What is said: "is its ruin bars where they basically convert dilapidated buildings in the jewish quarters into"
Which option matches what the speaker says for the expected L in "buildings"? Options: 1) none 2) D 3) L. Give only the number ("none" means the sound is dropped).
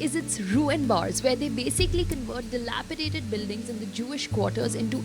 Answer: 3